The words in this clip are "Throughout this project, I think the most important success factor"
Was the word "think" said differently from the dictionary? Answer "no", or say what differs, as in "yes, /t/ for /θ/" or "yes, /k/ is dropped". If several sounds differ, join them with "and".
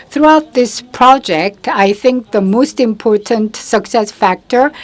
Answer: no